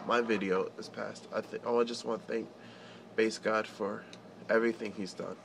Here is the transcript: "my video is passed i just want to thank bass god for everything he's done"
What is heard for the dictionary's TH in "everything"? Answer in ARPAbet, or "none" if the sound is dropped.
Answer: TH